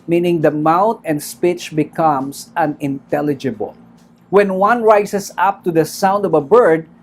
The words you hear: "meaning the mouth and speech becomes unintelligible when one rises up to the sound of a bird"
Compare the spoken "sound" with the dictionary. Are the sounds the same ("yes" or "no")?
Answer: yes